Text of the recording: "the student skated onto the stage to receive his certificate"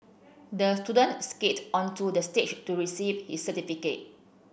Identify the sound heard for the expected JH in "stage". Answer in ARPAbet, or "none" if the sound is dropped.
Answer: CH